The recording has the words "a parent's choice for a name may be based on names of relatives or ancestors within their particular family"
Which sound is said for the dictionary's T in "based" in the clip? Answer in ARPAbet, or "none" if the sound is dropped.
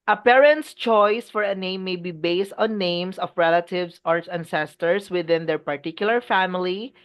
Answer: T